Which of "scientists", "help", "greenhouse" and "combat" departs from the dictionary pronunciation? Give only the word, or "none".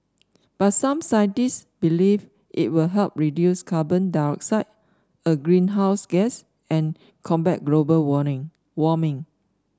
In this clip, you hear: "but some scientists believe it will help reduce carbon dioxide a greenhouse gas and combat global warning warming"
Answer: none